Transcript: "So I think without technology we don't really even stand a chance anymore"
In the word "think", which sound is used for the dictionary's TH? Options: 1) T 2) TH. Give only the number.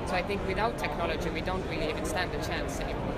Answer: 2